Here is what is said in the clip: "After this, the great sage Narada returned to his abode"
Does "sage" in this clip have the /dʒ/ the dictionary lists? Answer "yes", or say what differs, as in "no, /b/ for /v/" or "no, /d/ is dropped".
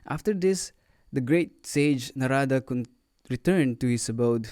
yes